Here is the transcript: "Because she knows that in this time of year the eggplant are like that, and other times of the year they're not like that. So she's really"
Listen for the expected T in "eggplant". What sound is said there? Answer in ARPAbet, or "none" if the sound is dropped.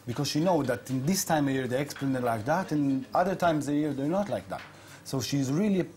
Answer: none